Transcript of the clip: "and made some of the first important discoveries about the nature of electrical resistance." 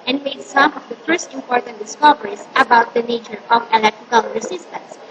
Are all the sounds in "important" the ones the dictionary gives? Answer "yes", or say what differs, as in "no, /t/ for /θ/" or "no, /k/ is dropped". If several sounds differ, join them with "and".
yes